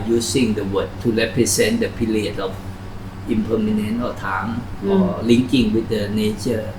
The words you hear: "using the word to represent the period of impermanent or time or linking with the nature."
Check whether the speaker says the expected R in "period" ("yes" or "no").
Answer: no